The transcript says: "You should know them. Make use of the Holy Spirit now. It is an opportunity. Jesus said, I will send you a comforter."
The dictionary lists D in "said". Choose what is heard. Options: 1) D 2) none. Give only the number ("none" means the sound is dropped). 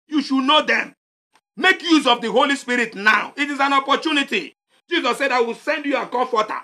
1